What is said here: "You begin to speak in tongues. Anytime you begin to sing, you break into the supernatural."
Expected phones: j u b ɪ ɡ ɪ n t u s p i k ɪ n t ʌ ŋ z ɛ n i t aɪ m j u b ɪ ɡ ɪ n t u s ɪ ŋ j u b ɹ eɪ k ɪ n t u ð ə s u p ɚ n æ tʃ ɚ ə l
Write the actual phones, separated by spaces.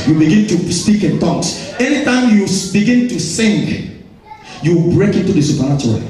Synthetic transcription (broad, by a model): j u b ɪ ɡ ɪ n t u s p i k ɪ n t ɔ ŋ s ɛ n i t aɪ m j u b ɪ ɡ ɪ n t u s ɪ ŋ j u b ɹ eɪ k ɪ n t u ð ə s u p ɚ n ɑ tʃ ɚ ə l